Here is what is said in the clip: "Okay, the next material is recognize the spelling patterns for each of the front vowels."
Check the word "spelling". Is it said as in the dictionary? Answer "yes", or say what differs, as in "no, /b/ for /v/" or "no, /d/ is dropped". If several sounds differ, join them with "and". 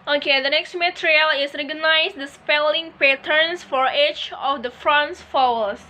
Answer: yes